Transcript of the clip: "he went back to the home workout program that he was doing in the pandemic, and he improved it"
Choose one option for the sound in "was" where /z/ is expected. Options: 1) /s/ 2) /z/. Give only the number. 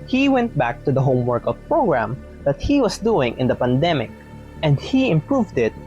1